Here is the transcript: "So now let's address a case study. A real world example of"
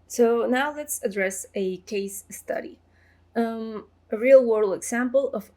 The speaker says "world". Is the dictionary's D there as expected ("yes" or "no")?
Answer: no